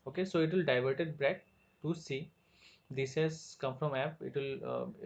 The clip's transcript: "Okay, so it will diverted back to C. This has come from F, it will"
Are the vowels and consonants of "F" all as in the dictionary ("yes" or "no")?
no